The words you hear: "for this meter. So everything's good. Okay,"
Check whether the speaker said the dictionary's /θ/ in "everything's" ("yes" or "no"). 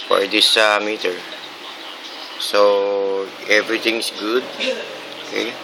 no